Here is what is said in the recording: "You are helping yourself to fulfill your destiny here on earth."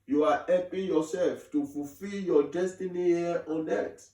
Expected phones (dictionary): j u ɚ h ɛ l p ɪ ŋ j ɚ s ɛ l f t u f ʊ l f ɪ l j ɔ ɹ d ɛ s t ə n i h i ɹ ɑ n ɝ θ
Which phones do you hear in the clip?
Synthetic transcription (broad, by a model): j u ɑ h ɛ p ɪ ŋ j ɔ s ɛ l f t u f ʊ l f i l j ɔ d ɛ s t ə n i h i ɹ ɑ n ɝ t